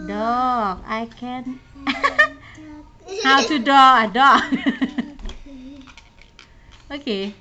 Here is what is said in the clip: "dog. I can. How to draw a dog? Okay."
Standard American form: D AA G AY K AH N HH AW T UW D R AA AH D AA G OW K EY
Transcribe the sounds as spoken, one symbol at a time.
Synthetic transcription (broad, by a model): D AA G AY K AH N HH AW T UW D AA AH D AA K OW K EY